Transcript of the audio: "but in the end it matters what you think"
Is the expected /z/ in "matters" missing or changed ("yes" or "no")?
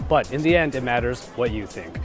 no